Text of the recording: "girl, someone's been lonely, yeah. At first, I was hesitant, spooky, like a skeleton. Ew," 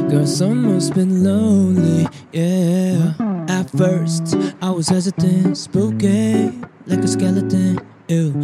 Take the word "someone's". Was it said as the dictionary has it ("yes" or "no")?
no